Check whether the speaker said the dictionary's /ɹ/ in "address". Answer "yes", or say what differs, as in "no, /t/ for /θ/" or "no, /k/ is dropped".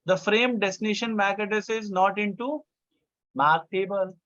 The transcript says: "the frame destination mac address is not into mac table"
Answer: no, /ɹ/ is dropped